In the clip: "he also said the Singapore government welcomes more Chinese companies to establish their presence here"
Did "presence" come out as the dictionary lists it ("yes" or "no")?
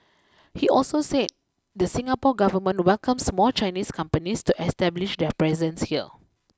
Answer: yes